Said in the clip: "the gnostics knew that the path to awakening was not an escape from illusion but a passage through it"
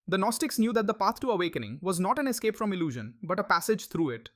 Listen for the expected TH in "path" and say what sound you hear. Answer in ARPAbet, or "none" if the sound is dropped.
T